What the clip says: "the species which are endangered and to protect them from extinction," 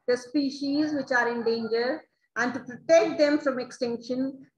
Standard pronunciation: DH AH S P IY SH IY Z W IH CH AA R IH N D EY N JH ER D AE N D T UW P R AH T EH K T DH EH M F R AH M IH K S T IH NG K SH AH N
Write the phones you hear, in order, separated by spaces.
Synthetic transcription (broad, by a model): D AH S P IY SH IY Z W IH CH AA R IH N D EY N JH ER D AE N D T UW P R AH T EH K T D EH M F R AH M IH K S T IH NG K SH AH N